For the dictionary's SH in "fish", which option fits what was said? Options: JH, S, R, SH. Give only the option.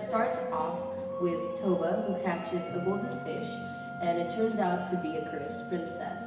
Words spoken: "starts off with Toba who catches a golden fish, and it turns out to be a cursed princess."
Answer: SH